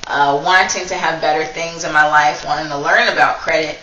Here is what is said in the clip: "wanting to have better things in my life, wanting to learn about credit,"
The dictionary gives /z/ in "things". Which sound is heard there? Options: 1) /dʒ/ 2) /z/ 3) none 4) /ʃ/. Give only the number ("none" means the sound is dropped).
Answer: 2